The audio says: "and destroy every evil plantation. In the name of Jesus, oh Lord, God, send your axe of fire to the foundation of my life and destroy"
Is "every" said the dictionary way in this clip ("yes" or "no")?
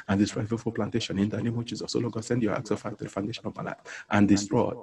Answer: no